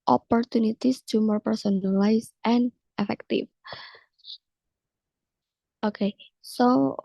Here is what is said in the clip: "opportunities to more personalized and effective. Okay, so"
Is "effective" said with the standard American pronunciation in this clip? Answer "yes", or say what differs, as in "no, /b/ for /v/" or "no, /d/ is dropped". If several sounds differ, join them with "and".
no, /f/ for /v/